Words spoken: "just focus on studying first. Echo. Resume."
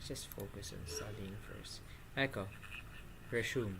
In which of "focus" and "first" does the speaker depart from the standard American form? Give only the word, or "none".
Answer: first